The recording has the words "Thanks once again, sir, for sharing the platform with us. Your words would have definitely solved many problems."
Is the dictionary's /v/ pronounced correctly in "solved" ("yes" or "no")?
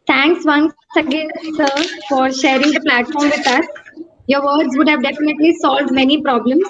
yes